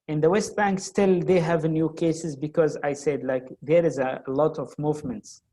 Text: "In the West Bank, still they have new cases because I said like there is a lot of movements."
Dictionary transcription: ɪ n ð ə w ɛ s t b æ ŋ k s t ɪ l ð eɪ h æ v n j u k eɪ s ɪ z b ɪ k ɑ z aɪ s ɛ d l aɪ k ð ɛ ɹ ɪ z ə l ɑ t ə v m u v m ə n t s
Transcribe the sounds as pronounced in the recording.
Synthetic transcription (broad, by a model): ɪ n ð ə w ɛ s t b æ ŋ k s t ɪ l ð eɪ h æ v n j u k eɪ s ɪ z b ɪ k ɑ z aɪ s ɛ d l aɪ k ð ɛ ɹ ɪ z ə l ɑ t ə v m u v m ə n t s